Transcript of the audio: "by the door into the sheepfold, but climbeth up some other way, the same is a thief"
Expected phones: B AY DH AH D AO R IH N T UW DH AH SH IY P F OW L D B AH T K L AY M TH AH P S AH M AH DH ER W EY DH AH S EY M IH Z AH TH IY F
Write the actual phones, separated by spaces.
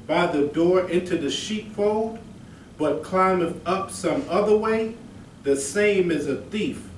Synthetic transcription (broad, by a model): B AY DH AH D AO R IH N T UW DH AH SH IY P F OW L D B AH T K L AY M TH AH P S AH M AH DH ER W EY DH AH S EY M IH Z AH TH IY F